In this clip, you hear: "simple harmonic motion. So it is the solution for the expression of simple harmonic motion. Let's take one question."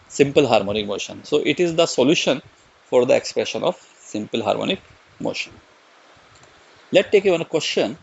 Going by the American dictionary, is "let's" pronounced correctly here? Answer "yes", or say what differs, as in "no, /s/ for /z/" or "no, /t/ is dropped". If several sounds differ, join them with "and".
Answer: no, /s/ is dropped